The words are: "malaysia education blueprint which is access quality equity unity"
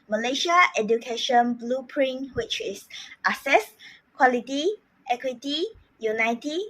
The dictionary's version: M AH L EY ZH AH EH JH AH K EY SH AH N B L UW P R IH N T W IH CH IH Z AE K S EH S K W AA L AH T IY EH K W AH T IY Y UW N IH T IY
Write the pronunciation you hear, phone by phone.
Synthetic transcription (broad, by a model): M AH L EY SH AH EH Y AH K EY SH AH N B L UW P R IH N W IH CH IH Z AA S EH S K W AA L AH T IY EH K W AH T IY Y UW N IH T IY